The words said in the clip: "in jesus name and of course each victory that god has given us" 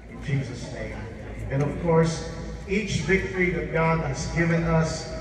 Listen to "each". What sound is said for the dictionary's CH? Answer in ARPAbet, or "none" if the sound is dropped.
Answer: CH